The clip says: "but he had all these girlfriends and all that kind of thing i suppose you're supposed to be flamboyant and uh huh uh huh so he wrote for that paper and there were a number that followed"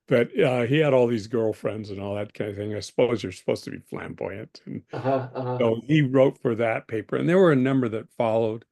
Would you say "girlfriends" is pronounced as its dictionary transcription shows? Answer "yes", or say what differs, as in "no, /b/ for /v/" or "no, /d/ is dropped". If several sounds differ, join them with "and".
yes